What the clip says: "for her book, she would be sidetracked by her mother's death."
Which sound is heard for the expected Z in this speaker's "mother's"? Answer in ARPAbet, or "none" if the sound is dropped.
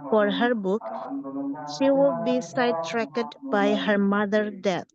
none